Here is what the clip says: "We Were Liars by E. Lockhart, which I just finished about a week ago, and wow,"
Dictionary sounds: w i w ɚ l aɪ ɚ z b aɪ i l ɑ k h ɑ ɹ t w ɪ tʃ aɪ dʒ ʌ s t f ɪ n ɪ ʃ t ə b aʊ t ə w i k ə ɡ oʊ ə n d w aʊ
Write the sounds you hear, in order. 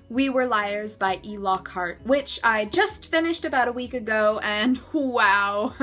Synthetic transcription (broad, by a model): w i w ɚ l aɪ ɚ z b aɪ i l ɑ k ɑ ɹ t w ɪ tʃ aɪ dʒ ʌ s t f ɪ n ɪ ʃ t ə b aʊ t ə w i k ə ɡ oʊ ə n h w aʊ